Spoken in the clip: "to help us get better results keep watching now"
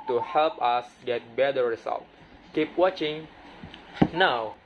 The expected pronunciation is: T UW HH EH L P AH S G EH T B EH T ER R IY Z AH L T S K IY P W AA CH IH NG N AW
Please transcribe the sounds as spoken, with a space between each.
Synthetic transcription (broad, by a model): T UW HH EH L P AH S G EH T B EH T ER R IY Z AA L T K IY P W AA CH IH NG N AW